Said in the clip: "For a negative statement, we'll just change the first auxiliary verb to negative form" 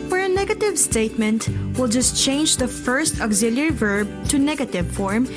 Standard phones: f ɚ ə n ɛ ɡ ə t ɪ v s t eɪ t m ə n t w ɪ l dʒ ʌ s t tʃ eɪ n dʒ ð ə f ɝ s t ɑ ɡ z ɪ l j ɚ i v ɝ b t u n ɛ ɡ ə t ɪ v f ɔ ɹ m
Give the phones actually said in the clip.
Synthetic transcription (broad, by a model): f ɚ ə n ɛ ɡ ə t ɪ v s t eɪ t m ə n t w ɪ l dʒ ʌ s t tʃ eɪ n dʒ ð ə f ɝ s t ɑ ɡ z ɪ l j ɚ v ɝ b t u n ɛ ɡ ə t ɪ v f ɔ ɹ m